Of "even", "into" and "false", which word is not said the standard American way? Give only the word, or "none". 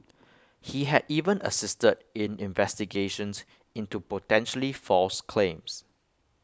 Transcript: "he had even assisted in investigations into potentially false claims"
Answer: none